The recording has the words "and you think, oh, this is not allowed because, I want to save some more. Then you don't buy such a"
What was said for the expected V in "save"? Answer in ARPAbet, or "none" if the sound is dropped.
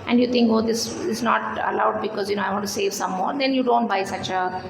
V